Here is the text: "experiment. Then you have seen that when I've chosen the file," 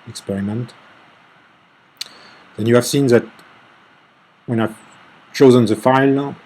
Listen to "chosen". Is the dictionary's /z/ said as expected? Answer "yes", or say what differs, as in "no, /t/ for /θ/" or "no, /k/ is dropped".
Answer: yes